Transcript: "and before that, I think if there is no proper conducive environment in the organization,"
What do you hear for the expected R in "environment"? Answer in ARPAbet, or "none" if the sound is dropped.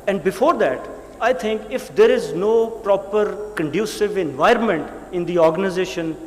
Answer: R